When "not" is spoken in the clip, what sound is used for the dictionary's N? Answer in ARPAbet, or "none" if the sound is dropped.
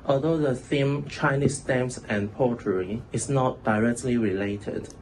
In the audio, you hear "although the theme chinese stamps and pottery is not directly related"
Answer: N